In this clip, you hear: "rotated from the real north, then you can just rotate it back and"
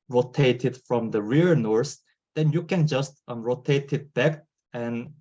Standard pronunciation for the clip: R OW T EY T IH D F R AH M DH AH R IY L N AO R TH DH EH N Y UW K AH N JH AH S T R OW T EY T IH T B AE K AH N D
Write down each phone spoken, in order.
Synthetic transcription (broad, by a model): R OW T EY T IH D F R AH M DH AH R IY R N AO R S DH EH N Y UW K AH N JH AH S T R OW T EY T IH T B AE K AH N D